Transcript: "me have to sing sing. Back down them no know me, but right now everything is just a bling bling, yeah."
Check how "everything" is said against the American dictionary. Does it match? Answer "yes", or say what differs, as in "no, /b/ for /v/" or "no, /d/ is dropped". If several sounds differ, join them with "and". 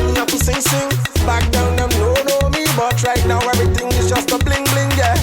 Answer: no, /t/ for /θ/